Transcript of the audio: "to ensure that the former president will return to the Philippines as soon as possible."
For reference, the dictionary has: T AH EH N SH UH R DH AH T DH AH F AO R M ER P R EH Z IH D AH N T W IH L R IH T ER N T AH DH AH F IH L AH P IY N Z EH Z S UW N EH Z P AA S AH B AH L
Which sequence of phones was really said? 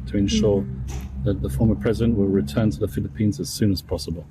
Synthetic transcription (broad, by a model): T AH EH N SH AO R DH AH T DH AH F AO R M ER P R EH Z IH D AH N T W IH L R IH T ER N T AH DH AH F IH L AH P IY N Z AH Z S UW N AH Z P AA S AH B AH L